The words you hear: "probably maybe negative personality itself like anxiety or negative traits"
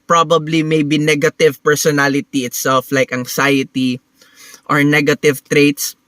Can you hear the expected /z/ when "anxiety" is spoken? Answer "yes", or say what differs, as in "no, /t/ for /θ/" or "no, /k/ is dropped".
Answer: no, /s/ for /z/